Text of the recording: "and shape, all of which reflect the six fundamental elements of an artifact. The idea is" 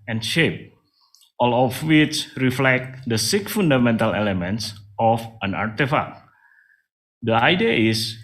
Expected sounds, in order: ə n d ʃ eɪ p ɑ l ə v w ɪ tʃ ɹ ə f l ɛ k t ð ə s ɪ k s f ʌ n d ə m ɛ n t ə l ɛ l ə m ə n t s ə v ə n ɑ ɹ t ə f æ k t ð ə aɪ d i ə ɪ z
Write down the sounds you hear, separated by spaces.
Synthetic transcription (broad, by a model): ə n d ʃ eɪ p ɑ l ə f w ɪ tʃ ɹ ə f l ɛ k t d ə s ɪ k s f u n d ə m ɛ n t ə l ɛ l ə m ə n t s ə f ə n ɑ ɹ t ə f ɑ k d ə aɪ d i ə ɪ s